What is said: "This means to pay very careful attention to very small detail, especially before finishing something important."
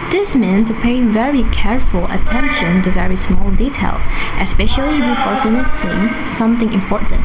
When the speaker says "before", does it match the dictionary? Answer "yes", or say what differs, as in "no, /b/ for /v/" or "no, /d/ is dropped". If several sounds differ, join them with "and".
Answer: no, /p/ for /f/